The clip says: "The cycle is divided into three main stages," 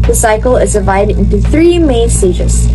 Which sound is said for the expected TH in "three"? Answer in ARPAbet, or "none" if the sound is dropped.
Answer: TH